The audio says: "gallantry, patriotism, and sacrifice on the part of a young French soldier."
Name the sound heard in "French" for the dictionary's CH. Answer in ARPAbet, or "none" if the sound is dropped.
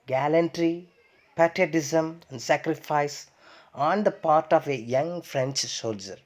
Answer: CH